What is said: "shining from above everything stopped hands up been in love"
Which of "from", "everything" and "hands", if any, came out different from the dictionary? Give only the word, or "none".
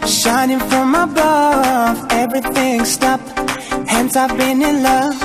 hands